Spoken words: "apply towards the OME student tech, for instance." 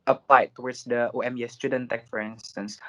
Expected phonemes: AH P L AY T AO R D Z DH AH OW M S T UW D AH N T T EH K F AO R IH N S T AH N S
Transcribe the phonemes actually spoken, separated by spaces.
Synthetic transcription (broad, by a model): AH P L AY T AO W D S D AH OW M S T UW D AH N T T EH K F AO R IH N S T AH N S